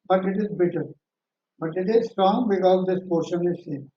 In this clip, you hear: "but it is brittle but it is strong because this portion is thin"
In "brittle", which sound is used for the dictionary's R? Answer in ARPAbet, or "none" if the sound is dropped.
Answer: none